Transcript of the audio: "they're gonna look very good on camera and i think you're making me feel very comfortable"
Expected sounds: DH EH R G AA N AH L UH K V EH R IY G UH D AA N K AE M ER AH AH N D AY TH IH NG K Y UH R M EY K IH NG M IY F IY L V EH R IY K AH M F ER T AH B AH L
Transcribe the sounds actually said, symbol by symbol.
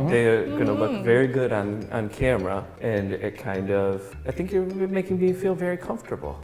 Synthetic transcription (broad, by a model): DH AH R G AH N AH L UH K V EH R IY G UH D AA N K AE M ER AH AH N D AY TH IH NG K Y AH R M EY K IH NG M IY F IY L V EH R IY K AH M F T AH B L